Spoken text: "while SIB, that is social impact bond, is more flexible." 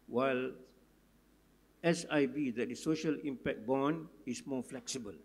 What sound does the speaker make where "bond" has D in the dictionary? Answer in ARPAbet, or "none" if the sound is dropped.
none